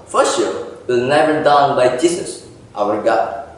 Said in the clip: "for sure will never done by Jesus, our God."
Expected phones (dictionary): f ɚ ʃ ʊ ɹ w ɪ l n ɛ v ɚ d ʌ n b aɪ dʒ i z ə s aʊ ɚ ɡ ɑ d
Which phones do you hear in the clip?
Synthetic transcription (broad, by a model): f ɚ s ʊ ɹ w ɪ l n ɛ v ɚ d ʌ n b aɪ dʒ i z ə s aʊ ɚ ɡ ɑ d